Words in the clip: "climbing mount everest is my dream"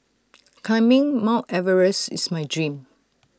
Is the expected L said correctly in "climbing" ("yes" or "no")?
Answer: no